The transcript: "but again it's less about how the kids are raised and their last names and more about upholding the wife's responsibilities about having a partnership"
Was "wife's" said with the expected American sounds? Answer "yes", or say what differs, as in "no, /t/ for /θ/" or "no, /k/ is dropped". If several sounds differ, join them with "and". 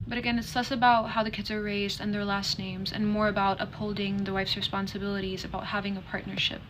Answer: yes